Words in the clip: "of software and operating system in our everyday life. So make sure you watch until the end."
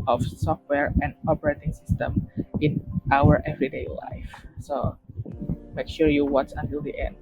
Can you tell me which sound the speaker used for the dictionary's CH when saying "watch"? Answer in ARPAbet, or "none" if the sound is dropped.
S